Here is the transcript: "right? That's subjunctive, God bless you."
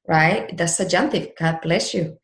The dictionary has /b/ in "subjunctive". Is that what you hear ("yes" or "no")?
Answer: no